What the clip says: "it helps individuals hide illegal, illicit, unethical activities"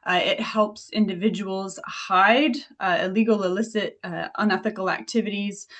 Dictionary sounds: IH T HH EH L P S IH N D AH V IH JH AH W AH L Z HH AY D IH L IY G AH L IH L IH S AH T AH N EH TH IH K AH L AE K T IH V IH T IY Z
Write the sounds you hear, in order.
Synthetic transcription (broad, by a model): IH T HH EH L P S IH N D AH V IH JH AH W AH L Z HH AY D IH L IY G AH L IH L IH S AH T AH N EH TH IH K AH L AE K T IH V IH T IY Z